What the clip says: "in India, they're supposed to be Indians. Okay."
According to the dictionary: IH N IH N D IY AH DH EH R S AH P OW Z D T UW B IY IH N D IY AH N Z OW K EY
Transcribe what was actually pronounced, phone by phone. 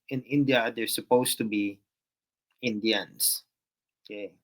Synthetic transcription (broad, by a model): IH N IH N D IY AH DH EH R S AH P OW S T UW B IY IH N D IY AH N S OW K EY